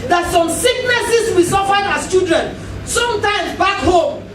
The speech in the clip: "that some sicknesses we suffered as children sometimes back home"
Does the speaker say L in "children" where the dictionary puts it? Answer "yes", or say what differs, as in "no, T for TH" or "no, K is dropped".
no, L is dropped